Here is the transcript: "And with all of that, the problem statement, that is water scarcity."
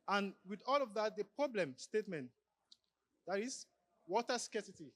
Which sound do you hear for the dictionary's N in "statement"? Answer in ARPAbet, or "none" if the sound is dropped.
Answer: N